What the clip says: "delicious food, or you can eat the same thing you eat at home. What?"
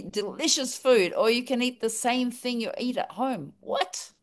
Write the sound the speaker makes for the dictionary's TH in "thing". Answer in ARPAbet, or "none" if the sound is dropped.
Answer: TH